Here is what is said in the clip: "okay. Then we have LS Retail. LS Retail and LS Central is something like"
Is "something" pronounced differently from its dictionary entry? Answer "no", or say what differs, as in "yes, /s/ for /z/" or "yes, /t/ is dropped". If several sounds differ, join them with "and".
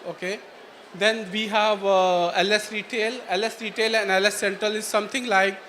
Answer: yes, /t/ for /θ/